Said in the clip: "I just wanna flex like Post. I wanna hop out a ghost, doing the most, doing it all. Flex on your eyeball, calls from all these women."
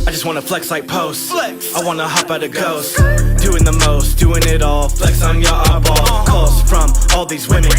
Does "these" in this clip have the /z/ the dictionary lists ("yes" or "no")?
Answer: yes